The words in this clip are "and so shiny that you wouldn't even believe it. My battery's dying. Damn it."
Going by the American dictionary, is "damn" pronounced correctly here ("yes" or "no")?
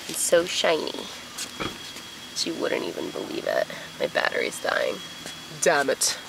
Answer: yes